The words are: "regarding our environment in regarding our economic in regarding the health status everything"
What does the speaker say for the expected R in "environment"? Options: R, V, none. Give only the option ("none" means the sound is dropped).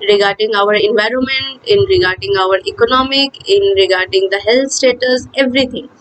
R